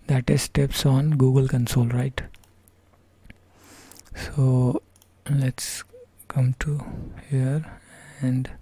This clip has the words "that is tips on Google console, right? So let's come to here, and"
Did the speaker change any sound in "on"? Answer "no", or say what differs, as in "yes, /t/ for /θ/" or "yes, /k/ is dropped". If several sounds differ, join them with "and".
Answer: no